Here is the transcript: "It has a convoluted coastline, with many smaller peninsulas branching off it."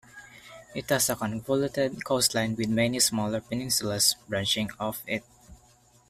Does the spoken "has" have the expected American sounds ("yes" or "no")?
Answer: no